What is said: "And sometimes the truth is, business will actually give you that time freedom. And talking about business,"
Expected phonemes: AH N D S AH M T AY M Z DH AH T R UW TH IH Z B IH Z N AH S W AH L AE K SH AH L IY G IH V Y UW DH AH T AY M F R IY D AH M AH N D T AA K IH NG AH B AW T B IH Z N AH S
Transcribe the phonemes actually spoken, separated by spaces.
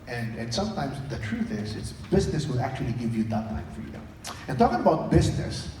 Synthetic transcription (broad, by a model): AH N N S AH M T AY M Z DH AH T R UW TH IH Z B IH Z N AH S W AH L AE K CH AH L IY G IH V Y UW DH AH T AY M F R IY D AH M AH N T AA K IH NG AH B AW T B IH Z N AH S